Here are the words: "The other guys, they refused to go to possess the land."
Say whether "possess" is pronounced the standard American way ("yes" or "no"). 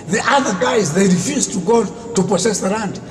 no